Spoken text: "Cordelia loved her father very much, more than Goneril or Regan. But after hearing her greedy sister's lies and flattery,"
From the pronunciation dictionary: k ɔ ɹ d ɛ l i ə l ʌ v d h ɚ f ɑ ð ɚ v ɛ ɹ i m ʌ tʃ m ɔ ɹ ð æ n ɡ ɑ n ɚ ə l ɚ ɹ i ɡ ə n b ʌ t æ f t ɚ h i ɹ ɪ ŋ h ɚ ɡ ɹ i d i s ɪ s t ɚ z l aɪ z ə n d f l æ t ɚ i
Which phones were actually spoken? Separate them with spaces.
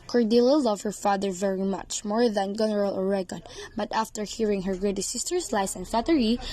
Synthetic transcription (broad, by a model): k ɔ ɹ d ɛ l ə l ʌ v h ɚ f ɑ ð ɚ v ɛ ɹ i m ʌ tʃ m ɔ ɹ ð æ n ɡ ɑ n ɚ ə l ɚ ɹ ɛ ɡ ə n b ʌ t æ f t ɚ h i ɹ ɪ ŋ h ɚ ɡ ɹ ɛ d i s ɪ s t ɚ s l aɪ s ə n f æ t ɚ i